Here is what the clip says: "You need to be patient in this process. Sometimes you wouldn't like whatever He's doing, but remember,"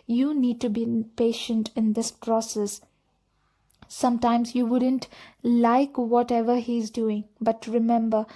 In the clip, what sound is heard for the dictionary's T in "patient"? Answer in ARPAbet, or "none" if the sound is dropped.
T